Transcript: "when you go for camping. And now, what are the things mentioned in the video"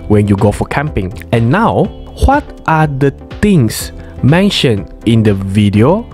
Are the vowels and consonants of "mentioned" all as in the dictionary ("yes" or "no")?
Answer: no